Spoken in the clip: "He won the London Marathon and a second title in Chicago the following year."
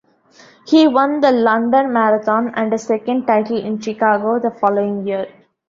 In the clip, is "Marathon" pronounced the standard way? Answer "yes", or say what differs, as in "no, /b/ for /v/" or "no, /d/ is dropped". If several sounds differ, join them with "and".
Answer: no, /t/ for /θ/